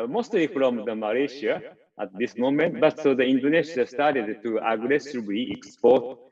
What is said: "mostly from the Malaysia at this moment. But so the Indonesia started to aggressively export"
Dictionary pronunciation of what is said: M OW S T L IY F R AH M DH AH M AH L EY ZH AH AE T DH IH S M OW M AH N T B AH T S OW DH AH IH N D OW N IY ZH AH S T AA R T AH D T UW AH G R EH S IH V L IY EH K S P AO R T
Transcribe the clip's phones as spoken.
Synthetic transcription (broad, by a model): M OW S T L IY F R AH M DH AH M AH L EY SH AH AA T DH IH S M OW M AH N T B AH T S OW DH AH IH N D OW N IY SH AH S T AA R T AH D T UW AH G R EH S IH B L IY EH K S P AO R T